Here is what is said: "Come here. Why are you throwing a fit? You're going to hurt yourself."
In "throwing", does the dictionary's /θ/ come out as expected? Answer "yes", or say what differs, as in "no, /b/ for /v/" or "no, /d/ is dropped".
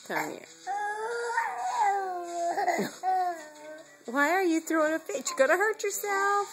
yes